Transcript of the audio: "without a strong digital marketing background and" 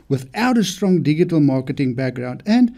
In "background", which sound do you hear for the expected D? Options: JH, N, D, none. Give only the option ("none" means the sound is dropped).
D